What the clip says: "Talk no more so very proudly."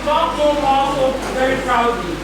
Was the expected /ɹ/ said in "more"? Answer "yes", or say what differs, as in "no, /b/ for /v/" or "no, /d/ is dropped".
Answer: no, /l/ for /ɹ/